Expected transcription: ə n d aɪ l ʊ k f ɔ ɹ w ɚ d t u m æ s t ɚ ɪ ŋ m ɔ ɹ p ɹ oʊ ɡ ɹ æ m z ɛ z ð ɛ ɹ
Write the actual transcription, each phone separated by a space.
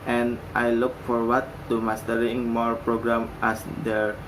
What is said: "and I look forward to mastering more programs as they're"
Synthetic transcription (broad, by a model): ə n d aɪ l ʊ k f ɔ ɹ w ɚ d t u m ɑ s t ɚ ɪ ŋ m ɔ ɹ p ɹ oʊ ɡ ɹ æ m ɛ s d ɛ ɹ